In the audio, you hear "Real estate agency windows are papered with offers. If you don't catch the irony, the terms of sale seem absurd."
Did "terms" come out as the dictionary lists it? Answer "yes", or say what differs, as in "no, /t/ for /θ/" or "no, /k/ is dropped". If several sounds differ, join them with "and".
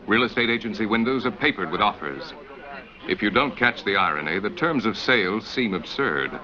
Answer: yes